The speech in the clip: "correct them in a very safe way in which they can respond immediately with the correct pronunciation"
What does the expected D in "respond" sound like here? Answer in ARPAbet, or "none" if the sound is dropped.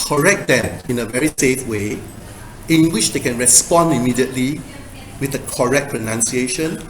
D